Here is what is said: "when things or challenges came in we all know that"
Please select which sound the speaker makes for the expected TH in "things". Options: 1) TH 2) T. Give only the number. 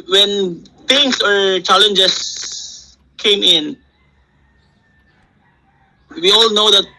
2